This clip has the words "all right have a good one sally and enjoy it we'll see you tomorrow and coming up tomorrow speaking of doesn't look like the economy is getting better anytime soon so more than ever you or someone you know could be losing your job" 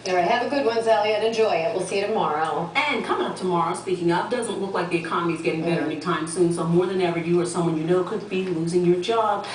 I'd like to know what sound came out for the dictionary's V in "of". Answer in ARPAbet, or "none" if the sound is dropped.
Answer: P